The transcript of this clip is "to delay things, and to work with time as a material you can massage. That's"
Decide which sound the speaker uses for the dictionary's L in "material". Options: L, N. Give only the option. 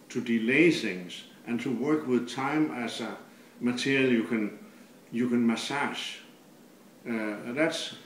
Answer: N